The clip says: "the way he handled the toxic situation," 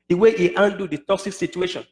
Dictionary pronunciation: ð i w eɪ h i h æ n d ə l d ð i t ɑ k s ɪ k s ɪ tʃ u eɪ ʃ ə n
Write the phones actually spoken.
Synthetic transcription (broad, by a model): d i w eɪ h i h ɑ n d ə d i t ɑ k s ɪ k s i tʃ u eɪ ʃ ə n